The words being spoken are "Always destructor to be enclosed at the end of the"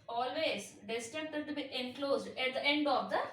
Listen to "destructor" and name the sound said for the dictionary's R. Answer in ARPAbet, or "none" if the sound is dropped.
none